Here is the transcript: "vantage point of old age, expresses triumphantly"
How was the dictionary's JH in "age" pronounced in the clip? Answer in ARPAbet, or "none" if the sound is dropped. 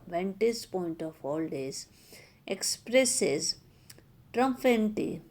Z